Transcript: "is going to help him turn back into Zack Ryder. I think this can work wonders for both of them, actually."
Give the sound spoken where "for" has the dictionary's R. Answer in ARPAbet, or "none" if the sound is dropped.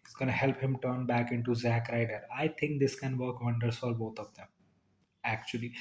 L